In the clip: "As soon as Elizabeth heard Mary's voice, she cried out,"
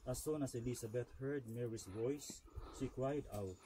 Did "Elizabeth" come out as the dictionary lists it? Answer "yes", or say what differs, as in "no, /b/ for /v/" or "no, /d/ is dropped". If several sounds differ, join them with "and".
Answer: no, /s/ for /z/ and /t/ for /θ/